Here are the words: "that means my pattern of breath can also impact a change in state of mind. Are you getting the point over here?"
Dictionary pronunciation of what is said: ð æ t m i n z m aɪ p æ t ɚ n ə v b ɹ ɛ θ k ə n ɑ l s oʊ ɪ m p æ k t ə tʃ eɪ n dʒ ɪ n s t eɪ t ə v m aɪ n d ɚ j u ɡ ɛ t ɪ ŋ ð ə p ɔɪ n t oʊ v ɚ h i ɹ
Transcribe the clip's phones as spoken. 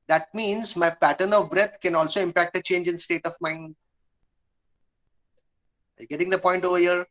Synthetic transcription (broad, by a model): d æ t m i n z m aɪ p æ t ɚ n ə v b ɹ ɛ t k ə n ɑ l s oʊ ɪ m p æ k t ə tʃ eɪ n dʒ ɪ n s t eɪ t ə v m aɪ n d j ɡ ɛ t ɪ ŋ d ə p ɔɪ n t oʊ v ɚ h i ɹ